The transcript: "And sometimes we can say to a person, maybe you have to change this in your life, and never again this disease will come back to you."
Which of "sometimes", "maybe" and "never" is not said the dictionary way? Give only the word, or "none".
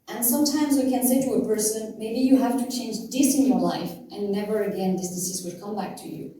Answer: none